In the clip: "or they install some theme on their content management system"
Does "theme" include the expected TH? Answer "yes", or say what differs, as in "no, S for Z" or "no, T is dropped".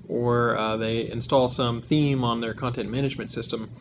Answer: yes